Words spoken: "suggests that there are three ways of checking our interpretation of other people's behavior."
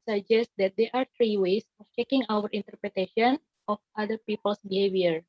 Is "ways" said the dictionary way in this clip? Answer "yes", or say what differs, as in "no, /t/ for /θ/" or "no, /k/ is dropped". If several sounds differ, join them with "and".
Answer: no, /s/ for /z/